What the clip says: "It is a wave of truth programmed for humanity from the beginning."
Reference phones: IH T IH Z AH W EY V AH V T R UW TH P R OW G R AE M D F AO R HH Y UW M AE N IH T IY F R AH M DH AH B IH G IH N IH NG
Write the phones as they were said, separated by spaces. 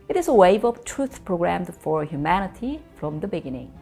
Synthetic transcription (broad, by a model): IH T IH Z AH W EY V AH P T R UW TH P R OW G R AE M D F AO R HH Y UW M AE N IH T IY F R AH M DH AH B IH G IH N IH NG